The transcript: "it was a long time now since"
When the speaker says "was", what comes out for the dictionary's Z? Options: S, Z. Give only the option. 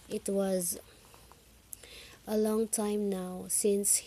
Z